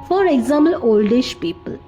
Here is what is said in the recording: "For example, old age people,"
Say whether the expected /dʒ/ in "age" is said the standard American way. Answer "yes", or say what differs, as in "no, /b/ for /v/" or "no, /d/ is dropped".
no, /ʃ/ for /dʒ/